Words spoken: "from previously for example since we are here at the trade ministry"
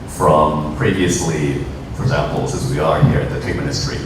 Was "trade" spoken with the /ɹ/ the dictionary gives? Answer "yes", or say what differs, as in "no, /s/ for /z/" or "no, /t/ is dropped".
no, /ɹ/ is dropped